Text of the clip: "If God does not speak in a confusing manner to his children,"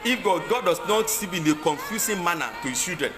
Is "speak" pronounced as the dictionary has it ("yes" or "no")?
no